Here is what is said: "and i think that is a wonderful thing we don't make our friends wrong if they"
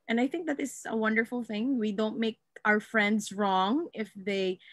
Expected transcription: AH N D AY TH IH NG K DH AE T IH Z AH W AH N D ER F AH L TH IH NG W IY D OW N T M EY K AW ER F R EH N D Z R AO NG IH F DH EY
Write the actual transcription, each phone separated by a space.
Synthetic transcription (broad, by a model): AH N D AY TH IH NG K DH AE T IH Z AH W AH N D ER F AH L TH IH NG W IY D OW N T M EY K AW ER F R EH N D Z R AO NG IH F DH EY